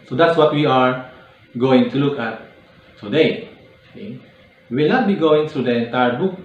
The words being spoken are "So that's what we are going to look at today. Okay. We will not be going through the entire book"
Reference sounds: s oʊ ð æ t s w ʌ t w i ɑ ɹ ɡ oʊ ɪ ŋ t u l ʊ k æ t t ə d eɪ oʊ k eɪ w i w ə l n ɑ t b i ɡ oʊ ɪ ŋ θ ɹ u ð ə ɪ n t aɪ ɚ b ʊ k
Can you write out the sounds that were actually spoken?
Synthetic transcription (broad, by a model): s oʊ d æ t s w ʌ t w i ɑ ɹ ɡ oʊ ɪ ŋ t u l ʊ k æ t t ə d eɪ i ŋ w i w ə l n ɑ t b i ɡ oʊ ɪ ŋ t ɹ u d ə ɪ n t aɪ ɚ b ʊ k